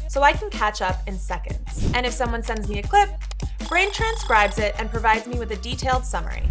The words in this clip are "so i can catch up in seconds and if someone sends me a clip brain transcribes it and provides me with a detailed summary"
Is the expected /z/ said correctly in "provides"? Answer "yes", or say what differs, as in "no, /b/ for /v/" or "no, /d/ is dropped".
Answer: yes